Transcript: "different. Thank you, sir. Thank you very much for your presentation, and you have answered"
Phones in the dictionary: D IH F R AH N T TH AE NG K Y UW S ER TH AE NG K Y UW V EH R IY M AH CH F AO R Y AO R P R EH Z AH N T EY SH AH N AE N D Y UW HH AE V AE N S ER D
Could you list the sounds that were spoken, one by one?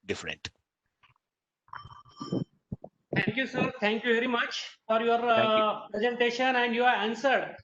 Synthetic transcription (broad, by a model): D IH F R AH N T T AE NG K Y UW S ER T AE NG K Y UW V EH R IY M AH CH F AO R Y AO R P R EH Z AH N T EY SH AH N AE N D Y UW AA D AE N S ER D